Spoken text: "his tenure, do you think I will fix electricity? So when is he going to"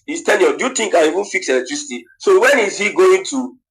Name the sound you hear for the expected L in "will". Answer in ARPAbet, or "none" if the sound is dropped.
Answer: N